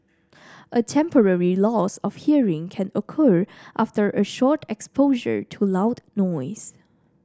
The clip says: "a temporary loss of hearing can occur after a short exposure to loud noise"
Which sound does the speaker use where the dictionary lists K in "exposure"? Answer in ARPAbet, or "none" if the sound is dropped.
K